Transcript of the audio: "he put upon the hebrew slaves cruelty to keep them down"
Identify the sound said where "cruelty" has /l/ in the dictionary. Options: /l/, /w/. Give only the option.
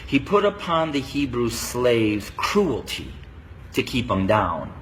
/l/